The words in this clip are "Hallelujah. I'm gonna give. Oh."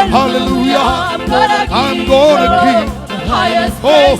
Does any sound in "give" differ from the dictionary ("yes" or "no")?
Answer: yes